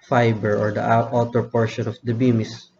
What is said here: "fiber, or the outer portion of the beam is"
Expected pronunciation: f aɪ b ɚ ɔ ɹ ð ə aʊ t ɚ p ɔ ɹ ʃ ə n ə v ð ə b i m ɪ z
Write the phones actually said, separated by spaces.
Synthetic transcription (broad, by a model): f aɪ b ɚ ɔ ɹ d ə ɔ t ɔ p ɔ ɹ ʃ ə n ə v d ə b i m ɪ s